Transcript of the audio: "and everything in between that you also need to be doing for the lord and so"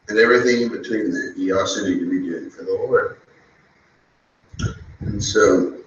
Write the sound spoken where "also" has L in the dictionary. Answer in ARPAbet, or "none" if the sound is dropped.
none